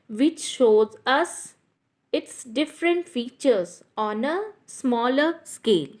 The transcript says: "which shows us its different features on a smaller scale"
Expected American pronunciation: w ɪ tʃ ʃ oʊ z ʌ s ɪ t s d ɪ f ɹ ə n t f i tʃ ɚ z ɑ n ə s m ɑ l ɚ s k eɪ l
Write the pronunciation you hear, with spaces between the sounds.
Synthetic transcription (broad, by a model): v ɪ tʃ ʃ oʊ z ʌ s ɪ t s d ɪ f ɹ ə n t f i tʃ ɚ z ɑ n ə s m ɑ l ɚ s k eɪ l